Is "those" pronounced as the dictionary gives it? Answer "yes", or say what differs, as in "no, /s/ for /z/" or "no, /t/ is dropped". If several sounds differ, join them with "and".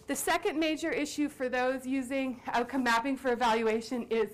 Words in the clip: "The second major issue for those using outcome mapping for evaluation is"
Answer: yes